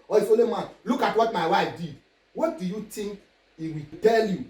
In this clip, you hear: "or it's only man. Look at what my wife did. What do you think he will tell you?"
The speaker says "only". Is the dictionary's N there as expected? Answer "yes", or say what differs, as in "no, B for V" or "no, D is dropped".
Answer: no, N is dropped